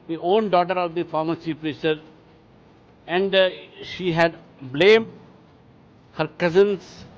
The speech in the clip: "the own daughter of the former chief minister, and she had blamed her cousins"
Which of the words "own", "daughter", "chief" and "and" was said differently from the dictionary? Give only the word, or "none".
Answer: chief